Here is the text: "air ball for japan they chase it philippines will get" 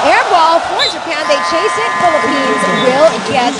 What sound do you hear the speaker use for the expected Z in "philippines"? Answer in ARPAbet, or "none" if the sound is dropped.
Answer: Z